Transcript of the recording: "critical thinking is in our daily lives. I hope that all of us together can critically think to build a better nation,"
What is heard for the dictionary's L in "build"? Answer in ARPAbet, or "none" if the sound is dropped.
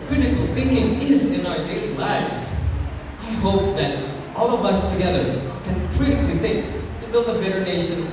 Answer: L